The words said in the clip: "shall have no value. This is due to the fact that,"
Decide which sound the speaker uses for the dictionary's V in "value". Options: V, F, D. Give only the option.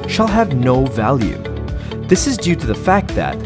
V